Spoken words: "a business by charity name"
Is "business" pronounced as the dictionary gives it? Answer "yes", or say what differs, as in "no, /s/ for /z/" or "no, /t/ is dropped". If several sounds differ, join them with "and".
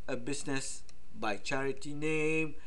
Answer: no, /s/ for /z/